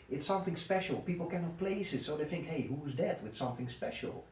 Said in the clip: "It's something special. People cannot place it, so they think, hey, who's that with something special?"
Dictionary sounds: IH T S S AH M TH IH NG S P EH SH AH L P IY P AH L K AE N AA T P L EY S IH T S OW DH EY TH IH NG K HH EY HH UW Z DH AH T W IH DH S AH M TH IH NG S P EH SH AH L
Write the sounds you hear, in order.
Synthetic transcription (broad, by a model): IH T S S AH M TH IH NG S P EH SH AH L P IY P L K AE N AA T P L EY S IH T S OW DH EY TH IH NG K HH EY HH UW Z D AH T W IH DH S AH M TH IH NG S P EH SH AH L